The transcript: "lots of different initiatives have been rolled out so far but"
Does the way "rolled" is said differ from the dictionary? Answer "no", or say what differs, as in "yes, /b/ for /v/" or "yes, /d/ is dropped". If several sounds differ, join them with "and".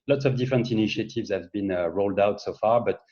no